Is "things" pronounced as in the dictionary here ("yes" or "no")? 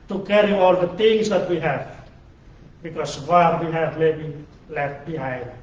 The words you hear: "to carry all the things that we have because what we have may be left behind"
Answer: no